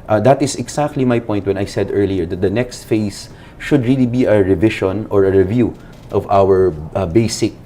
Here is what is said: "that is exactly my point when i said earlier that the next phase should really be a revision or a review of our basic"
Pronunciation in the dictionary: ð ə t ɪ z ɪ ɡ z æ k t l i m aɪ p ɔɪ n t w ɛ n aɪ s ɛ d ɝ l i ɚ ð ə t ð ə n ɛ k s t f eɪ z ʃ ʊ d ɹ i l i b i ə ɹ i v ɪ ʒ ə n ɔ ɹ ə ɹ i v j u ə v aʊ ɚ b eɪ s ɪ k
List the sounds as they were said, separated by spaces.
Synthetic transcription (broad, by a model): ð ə t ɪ s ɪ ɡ s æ k t l i m aɪ p ɔɪ n t w ɛ n aɪ s ɛ d ɝ l i ɚ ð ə t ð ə n ɛ k s t f eɪ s ʃ ʊ d ɹ i l i b i ə ɹ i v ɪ ʃ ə n ɔ ɹ ə ɹ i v j u ə v aʊ ɚ b eɪ s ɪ k